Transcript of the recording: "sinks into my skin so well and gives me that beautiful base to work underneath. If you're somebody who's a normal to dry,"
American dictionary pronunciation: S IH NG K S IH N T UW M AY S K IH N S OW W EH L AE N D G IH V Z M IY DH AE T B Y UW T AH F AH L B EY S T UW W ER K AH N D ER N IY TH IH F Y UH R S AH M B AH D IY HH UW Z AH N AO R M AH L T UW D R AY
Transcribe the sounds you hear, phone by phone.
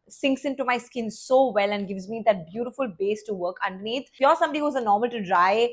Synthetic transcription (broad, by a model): S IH NG K S IH N T UW M AY S K IH N S OW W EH L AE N D G IH V Z M IY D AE T B Y UW T AH F AH L B EY S T UW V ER K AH N D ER N IY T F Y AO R S AH M B AH D IY HH UW Z AH N AO R M AH L T UW D R AY